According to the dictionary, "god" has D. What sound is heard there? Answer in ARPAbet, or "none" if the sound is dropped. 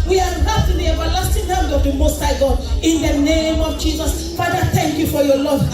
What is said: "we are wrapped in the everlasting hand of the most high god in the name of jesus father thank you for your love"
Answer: none